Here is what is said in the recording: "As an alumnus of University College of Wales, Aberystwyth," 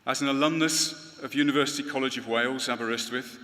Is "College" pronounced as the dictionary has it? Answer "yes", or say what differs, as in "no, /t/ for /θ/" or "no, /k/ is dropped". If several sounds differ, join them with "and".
yes